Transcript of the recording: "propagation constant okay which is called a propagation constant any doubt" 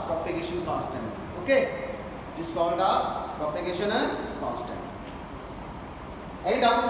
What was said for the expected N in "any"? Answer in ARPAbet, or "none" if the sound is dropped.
none